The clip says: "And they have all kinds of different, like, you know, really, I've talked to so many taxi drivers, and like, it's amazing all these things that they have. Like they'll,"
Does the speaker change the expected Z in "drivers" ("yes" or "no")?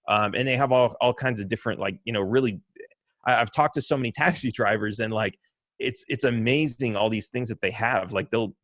no